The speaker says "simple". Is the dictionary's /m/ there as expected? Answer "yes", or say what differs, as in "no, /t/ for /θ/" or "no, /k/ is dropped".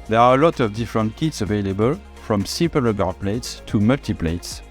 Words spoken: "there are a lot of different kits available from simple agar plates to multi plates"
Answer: no, /m/ is dropped